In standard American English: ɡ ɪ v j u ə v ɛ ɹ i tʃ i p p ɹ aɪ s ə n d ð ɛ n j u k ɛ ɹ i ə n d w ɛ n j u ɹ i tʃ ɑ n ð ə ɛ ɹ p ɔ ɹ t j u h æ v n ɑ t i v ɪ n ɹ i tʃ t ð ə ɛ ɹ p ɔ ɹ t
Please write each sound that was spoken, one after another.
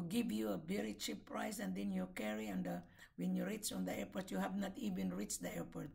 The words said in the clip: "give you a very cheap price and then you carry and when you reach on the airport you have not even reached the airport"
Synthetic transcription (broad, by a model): ɡ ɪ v j u ə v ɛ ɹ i tʃ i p p ɹ aɪ s ə n d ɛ n j u k ɛ ɹ i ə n d w ɛ n j u ɹ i s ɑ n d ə ɛ ɹ p ɔ ɹ t j u h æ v n ɑ t i v ɪ n ɹ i tʃ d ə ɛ ɹ p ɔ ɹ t